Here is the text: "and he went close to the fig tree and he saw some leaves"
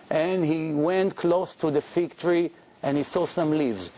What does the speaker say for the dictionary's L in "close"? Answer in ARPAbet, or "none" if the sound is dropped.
L